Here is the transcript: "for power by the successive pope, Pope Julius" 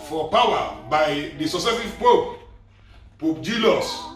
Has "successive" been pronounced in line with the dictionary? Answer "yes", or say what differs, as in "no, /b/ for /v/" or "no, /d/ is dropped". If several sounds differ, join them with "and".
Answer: no, /k/ is dropped